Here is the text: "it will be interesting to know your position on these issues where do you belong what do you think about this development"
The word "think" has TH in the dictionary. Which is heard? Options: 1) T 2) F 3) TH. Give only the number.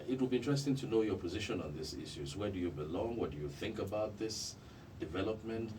3